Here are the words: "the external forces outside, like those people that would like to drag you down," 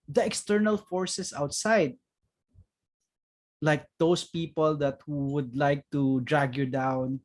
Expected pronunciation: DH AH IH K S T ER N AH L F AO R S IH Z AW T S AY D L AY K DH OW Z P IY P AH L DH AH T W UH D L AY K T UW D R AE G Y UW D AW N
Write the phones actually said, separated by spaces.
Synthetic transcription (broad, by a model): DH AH IH K S T ER N AH L F AO R S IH S AW T S AY D L AY K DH OW S P IY P AH L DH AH T W UH D L AY K T UW D R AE G Y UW D AW N